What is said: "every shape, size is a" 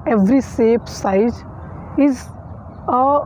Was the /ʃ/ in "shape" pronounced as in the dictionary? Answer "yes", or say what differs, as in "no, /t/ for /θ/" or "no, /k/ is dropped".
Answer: no, /s/ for /ʃ/